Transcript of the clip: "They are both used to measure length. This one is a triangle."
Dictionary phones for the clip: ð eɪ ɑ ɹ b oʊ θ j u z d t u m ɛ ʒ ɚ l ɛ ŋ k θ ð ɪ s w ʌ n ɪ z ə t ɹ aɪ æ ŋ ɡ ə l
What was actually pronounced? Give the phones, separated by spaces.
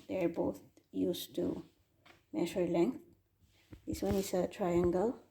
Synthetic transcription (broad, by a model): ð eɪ ɑ ɹ b oʊ t j u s t u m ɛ ʃ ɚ l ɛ ŋ k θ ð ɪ s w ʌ n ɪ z ə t ɹ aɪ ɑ ŋ ɡ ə l